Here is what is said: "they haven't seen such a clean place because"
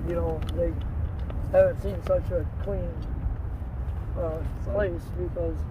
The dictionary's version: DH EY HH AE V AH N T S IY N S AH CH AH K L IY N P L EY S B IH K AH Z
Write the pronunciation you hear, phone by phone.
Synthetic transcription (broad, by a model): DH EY HH AE V AH N T S IY N S AH CH AH K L IY N P L EY S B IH K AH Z